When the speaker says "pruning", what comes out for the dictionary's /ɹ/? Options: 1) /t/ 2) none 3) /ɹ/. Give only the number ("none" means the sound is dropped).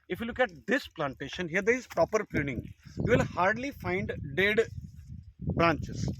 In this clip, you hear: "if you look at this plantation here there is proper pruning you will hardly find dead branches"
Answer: 2